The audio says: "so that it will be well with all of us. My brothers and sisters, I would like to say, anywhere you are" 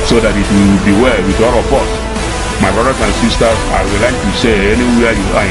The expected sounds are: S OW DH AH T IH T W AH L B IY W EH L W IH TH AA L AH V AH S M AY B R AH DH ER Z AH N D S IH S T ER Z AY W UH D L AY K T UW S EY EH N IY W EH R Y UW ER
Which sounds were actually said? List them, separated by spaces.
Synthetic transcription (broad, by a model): S OW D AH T IH T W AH B IY W EH L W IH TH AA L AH B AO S M AY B R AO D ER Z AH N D S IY S T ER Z AY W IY L AY K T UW S EY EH N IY W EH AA Y UW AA